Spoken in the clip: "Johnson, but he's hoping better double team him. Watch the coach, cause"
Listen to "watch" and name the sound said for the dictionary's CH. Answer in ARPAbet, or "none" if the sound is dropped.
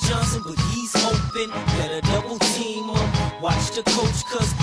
CH